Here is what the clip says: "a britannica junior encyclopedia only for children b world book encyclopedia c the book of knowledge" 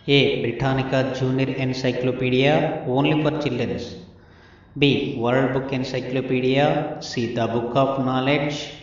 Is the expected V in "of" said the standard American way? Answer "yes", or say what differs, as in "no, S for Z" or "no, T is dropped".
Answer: no, P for V